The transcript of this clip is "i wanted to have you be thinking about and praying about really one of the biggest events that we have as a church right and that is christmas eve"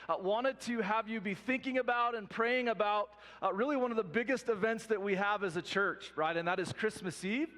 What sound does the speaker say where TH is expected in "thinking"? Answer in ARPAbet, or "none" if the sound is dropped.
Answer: TH